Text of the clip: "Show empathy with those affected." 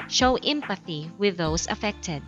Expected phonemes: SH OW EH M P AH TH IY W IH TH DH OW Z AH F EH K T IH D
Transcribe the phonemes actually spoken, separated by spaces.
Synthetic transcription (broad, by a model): SH OW EH M P AH TH IY W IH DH OW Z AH F EH K T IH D